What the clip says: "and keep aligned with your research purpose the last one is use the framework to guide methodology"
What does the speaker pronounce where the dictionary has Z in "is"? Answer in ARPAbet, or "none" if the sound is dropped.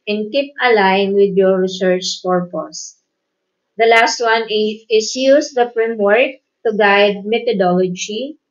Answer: S